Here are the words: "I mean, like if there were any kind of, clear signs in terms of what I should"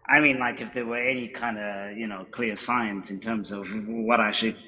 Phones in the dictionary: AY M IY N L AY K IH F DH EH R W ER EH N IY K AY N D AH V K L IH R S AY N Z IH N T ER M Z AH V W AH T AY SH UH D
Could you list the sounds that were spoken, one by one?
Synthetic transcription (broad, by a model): AY M IY N L AY K IH F DH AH R W ER EH N IY K AY N D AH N K L IH R S AY N S IH N T ER M Z AH V W AH T AY SH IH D